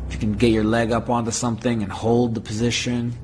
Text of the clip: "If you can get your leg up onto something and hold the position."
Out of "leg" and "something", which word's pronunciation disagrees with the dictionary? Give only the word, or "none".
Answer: none